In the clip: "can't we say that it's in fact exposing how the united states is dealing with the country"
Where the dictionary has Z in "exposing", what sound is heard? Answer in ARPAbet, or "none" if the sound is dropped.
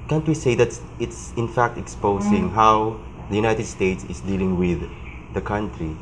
S